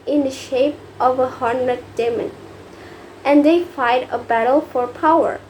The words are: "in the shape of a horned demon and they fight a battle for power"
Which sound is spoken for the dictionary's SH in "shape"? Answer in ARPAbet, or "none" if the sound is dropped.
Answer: SH